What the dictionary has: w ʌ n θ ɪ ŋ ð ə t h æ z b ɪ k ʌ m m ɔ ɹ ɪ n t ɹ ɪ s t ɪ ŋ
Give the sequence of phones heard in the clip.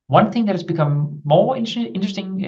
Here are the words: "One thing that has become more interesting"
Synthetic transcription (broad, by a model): w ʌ n θ ɪ ŋ ð ə t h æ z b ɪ k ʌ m m ɔ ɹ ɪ n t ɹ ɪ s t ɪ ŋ